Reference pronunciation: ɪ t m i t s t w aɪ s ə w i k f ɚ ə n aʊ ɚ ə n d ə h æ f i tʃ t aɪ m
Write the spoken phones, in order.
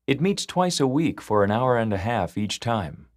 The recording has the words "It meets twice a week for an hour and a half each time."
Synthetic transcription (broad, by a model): ɪ t m i t s t w aɪ s ə w i k f ɚ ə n aʊ ɚ ə n d ə h æ f i tʃ t aɪ m